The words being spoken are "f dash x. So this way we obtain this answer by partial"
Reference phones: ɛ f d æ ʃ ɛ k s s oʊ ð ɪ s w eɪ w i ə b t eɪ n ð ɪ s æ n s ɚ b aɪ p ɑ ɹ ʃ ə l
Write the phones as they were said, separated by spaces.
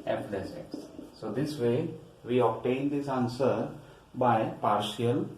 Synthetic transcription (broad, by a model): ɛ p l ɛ s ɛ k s s oʊ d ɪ s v eɪ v i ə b t eɪ n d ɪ s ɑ n s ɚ b aɪ p ɑ ɹ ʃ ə l